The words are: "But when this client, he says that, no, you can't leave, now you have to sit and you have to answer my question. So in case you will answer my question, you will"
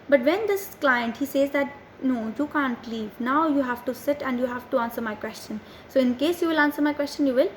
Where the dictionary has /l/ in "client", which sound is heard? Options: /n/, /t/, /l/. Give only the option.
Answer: /l/